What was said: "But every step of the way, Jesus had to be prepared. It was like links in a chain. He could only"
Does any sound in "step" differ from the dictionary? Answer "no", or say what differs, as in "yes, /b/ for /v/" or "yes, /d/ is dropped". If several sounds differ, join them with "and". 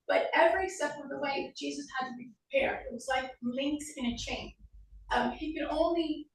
yes, /f/ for /p/